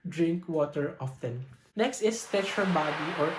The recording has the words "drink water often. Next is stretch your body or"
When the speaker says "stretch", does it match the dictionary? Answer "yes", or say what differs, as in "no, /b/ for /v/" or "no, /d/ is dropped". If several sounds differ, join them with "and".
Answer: no, /ɹ/ is dropped